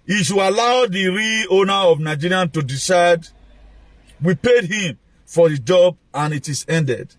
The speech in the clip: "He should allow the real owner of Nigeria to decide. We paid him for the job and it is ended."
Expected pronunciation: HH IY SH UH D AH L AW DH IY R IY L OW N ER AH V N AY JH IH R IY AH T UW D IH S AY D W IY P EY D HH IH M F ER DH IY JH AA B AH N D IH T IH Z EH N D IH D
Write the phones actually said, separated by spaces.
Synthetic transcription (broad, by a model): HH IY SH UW AH L AW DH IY R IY OW N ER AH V N AY JH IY R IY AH T UW D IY S AY D W IY P EY D HH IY M F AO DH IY JH AA B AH N IH T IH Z EH N D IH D